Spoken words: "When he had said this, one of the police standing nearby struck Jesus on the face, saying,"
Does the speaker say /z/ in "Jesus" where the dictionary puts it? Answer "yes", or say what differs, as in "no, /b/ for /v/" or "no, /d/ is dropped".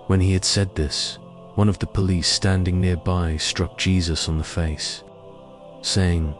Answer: yes